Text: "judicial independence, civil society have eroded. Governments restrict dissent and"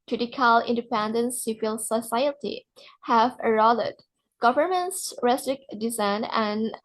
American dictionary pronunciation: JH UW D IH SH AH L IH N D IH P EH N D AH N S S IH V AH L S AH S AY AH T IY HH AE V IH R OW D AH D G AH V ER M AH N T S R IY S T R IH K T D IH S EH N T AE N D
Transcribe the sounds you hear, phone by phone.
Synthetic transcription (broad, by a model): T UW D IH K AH L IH N D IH P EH N D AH N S S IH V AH L S AH S AY AH T IY HH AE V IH R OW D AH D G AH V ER M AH N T S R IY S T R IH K D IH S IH N AE N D